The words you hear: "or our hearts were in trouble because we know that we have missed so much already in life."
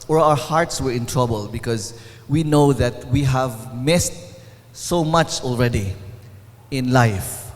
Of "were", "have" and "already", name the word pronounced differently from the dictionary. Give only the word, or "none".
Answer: none